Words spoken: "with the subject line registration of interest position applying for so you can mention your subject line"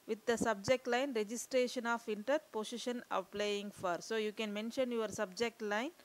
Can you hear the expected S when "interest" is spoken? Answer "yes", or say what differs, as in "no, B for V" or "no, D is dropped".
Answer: no, S is dropped